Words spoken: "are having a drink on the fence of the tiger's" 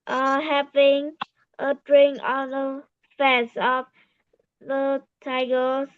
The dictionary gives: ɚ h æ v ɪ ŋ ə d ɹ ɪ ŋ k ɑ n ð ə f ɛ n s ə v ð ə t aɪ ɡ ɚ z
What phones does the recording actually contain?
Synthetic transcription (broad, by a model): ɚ h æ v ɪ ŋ ə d ɹ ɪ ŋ ɑ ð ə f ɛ s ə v ð ə t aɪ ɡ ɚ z